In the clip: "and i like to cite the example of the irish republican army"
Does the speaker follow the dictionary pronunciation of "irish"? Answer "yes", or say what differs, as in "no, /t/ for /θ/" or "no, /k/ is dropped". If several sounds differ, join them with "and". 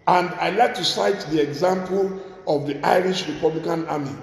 yes